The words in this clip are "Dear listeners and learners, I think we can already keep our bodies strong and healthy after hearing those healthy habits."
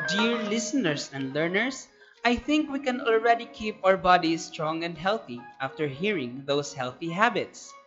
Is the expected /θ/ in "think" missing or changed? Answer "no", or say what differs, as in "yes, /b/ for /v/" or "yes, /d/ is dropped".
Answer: no